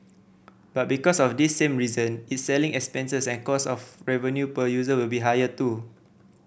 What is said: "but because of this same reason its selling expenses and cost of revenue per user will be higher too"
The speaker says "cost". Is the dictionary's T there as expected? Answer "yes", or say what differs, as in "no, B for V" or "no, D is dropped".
no, T is dropped